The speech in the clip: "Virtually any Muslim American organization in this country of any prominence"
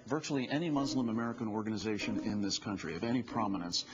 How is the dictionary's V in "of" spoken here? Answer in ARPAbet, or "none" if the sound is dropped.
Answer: V